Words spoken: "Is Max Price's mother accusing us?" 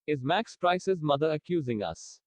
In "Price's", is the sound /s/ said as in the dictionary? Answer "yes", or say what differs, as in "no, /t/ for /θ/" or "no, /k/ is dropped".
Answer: yes